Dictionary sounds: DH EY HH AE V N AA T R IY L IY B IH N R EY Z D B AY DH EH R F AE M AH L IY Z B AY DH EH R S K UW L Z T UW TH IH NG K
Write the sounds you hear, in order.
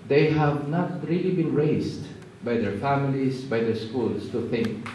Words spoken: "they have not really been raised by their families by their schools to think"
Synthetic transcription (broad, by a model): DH EY HH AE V N AA T R IY L IY B IH N R EY S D B AY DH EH R F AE M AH L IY S B AY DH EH R S K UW L S T UW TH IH NG K